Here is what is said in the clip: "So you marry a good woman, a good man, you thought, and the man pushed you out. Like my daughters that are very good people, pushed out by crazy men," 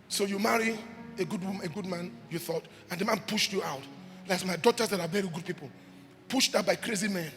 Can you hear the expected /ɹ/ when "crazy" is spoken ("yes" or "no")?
yes